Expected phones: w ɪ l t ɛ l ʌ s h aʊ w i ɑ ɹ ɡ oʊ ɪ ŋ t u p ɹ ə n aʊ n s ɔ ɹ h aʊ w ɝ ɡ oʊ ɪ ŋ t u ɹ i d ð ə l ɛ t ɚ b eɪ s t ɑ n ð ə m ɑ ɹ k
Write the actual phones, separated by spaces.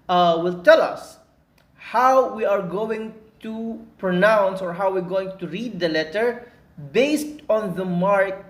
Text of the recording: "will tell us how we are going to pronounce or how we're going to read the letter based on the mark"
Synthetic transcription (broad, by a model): w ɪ l t ɛ l ʌ s h aʊ w i ɑ ɹ ɡ oʊ ɪ ŋ t u p ɹ ə n aʊ n s ɔ ɹ h aʊ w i ɡ oʊ ɪ ŋ t u ɹ i d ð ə l ɛ t ɚ b eɪ s t ɑ n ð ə m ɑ ɹ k